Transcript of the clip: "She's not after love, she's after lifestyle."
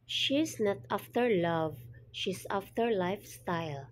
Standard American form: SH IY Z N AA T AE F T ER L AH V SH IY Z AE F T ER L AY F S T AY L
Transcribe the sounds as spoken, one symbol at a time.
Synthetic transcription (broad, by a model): SH IY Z N AA T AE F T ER L AH V SH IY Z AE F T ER L AY F S T AY L